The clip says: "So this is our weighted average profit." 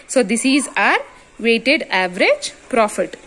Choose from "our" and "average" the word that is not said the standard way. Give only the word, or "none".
none